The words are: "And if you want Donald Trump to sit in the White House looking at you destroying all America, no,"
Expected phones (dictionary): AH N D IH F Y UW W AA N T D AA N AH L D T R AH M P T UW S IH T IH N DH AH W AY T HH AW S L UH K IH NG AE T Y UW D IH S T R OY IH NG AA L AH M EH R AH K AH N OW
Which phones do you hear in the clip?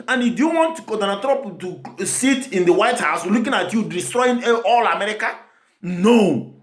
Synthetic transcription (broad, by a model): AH N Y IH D Y UW W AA N T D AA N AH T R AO P T UW S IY T IH N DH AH W AY T HH AW S L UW K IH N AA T Y UW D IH S T R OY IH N AA L AH M EH R AH K AH N OW